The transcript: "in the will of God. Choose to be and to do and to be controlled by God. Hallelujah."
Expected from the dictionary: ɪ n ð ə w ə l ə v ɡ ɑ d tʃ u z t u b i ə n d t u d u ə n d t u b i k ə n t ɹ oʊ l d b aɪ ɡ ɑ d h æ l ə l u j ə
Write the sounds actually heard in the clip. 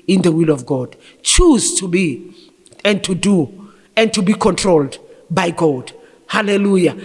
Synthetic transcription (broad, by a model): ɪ n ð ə w ə l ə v ɡ ɑ d tʃ u z t u b i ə n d t u d u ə n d t u b i k ə n t ɹ oʊ l d b aɪ ɡ ɑ d h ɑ l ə l u j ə